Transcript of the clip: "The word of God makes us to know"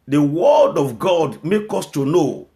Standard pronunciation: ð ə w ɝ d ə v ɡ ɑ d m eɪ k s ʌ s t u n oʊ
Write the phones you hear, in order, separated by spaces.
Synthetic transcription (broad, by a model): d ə w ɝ d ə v ɡ ɑ d m eɪ k ɔ s t u n oʊ